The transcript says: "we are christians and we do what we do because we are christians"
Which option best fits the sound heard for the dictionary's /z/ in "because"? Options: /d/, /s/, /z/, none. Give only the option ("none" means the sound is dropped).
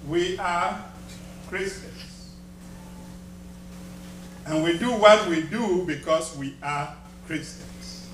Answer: /s/